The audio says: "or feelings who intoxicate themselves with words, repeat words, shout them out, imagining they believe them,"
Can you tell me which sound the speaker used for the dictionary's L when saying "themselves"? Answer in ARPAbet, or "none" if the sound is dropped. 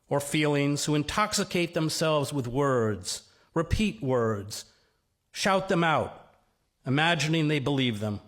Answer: L